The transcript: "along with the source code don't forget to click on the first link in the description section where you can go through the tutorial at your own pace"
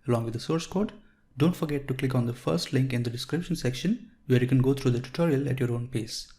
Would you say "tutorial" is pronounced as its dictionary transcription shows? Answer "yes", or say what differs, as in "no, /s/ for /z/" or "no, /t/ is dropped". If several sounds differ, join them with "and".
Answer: yes